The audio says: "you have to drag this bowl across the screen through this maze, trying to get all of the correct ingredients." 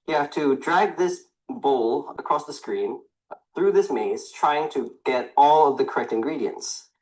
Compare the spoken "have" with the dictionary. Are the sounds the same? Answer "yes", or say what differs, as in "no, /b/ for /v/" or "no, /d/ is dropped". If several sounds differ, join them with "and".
no, /f/ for /v/